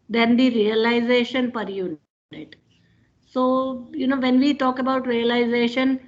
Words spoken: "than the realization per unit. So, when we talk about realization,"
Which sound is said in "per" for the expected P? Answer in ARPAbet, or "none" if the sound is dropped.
P